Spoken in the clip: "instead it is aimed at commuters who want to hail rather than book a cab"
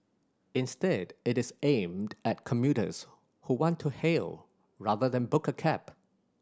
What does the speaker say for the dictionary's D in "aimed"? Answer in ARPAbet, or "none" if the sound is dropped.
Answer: D